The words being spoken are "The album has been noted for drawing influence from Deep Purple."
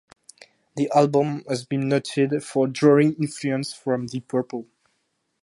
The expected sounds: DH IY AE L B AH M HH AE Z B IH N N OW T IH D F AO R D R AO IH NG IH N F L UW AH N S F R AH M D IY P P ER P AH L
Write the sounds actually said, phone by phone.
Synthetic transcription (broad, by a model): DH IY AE L B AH M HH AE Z B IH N N OW T IH D F AO R D R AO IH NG IH N F L UW AH N S F R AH M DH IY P P ER P AH L